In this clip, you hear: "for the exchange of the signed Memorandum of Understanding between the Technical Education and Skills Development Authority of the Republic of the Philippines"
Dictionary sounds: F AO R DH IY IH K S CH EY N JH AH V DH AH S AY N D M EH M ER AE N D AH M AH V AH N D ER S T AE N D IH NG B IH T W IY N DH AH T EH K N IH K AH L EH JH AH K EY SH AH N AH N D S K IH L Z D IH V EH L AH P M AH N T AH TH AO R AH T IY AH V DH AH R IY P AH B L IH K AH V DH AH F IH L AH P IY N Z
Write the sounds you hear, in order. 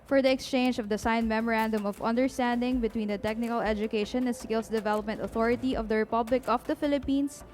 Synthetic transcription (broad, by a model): F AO R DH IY IH K S CH EY N JH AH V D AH S AY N M EH M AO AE N D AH M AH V AH N D ER S T AE N D IH NG B IH T W IY N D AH T EH K N IH K AH L EH JH AH K EY SH AH N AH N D S K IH L S D IH V EH L AH P M AH N T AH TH AO R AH T IY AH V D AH R IY P AH B L IH K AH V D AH F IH L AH P IY N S